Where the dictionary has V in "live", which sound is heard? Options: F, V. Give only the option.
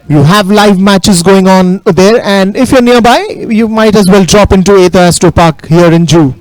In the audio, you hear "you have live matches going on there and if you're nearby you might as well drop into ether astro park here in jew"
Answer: V